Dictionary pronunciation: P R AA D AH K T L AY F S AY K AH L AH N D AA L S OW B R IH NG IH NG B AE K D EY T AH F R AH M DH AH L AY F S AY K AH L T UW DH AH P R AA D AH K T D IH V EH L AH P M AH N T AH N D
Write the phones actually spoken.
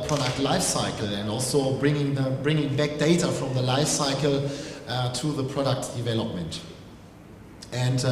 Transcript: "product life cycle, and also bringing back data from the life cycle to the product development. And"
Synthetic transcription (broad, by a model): P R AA D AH K T L AY F S AY K AH L AH N D AA L S OW B R IH NG IH NG B AE K D EY T AH F R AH M DH AH L AY F S AY K AH L T UW DH AH P R AA D AH K T D IH V EH L AH P M AH N T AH N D